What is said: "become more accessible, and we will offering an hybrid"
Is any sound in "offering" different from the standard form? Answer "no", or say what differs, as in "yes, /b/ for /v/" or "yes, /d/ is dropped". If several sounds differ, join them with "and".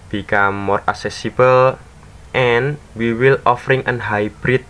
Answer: no